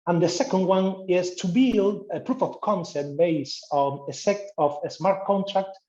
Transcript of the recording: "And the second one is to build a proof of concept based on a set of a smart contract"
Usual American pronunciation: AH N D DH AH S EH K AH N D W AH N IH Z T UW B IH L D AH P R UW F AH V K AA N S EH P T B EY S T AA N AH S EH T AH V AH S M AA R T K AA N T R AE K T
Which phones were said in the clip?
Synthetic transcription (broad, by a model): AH N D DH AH S EH K AH N D W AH N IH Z T UW B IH L D AH P R UW F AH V K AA N S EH T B EY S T AA N AH S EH T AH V AH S M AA R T K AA N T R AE K T